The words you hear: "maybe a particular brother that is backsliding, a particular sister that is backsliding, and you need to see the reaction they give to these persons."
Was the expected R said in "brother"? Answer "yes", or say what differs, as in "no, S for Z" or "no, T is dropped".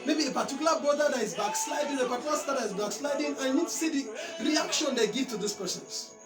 no, R is dropped